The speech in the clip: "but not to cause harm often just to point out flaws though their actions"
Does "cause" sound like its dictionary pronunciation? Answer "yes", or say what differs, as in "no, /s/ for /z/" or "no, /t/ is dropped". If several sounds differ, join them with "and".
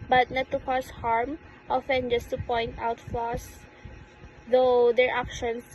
no, /s/ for /z/